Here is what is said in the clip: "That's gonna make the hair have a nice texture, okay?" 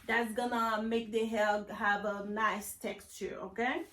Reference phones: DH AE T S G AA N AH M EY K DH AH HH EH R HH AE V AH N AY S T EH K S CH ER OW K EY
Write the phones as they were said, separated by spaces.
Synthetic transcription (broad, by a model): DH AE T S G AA N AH M EY K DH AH HH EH L HH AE V AH N AY S T EH K S CH ER OW K EY